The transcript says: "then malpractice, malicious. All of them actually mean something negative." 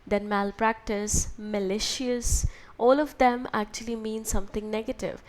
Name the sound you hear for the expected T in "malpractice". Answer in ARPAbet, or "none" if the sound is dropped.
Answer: T